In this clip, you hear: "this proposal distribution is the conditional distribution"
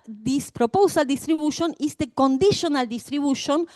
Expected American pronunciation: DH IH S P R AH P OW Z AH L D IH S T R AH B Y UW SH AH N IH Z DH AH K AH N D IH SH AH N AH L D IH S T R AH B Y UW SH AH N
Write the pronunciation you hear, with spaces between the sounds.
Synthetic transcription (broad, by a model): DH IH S P R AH P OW S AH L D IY S T R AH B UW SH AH N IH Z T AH K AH N D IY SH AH N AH L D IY S T R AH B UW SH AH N